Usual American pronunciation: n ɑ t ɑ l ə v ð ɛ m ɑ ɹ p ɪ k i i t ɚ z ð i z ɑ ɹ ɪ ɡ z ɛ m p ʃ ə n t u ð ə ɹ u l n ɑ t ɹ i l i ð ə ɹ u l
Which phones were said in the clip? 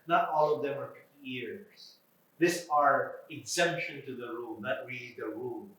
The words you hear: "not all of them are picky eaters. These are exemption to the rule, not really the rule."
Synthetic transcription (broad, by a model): n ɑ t ɑ l ə v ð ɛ m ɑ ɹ f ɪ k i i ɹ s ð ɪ s ɑ ɹ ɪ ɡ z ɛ m p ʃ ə n t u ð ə ɹ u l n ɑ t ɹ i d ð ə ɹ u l